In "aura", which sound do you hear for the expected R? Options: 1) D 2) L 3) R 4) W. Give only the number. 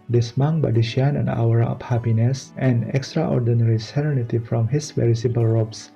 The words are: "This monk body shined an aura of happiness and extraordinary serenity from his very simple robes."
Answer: 4